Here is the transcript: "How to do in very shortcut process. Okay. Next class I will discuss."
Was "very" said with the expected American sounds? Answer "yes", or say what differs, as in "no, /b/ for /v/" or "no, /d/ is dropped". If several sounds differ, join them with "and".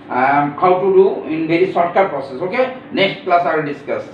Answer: no, /b/ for /v/